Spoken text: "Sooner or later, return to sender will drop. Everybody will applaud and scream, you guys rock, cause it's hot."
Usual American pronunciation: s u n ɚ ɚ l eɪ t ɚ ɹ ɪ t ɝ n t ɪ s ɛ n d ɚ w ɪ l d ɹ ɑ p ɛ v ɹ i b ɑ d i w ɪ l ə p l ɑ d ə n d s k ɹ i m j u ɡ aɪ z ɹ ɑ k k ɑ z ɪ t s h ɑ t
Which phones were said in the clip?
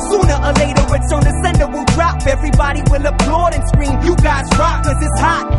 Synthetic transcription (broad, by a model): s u n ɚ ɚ l eɪ t ɚ w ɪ s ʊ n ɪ s ɛ n d ɚ w ɪ l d ɹ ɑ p ɛ v ɹ i b ɑ d i w ɪ l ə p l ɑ d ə n s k ɹ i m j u ɡ aɪ z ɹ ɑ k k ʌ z ɪ t s h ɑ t